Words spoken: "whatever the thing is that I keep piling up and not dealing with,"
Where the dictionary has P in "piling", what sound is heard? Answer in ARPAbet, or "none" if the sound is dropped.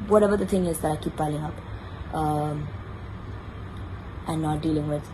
B